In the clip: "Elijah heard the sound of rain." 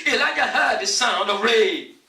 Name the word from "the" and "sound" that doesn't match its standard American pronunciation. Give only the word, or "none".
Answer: none